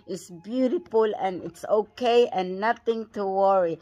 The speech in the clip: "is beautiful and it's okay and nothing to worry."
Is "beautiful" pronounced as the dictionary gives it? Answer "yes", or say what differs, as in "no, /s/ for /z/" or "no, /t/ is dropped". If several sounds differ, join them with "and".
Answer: yes